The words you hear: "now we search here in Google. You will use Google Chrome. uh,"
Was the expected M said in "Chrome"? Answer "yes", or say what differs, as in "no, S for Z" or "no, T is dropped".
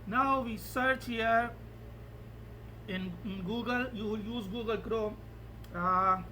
no, M is dropped